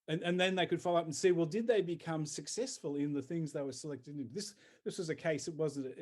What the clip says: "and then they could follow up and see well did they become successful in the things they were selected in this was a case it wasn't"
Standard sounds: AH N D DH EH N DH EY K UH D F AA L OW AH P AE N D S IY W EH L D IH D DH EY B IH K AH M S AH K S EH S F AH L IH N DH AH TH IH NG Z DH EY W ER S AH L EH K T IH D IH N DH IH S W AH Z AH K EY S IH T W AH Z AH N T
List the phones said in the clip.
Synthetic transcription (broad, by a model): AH N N DH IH N DH EY K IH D F AA L OW AH P N S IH W EH L D IH D DH EY B IH K AH M S AH K S EH S F AH L IH N DH AH TH IH NG Z DH EY W ER S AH L EH K T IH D IH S DH IH S W AH Z AH K EY S IH T W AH Z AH N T